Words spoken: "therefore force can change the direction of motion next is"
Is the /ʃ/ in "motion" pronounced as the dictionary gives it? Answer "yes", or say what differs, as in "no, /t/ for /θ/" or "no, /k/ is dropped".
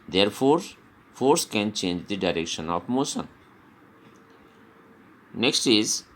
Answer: no, /s/ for /ʃ/